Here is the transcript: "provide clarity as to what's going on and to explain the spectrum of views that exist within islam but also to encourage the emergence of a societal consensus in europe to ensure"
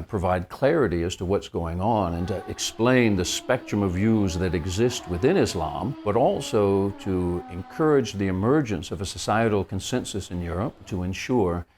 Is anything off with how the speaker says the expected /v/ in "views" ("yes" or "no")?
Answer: no